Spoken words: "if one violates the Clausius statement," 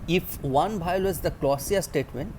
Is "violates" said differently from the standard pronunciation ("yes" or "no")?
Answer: yes